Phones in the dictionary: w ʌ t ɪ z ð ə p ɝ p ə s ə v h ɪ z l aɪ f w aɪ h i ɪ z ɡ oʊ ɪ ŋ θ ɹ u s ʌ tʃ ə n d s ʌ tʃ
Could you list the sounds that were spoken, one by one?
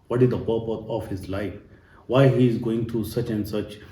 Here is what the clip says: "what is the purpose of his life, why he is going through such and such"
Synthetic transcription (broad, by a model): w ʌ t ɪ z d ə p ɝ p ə ə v h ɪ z l aɪ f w aɪ h i ɪ z ɡ oʊ ɪ ŋ t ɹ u s ʌ tʃ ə n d s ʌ tʃ